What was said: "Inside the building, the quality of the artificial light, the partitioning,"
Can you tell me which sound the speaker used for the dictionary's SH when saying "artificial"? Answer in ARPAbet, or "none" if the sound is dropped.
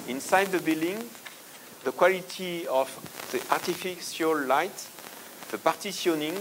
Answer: S